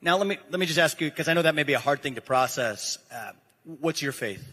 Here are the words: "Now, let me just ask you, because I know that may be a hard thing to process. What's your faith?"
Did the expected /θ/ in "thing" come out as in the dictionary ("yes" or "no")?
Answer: yes